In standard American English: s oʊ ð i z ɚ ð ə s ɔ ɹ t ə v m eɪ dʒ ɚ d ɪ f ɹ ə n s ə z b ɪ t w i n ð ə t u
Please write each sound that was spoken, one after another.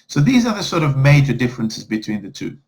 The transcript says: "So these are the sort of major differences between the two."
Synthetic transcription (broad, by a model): s oʊ ð i z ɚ ð ə s ɔ ɹ t ə v m eɪ dʒ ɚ d ɪ f ɹ ə n s ə z b ɪ t w i n ð ə t u